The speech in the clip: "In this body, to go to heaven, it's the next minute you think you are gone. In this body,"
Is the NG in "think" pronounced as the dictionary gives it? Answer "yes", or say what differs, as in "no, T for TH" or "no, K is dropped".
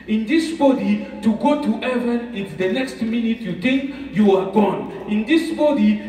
no, NG is dropped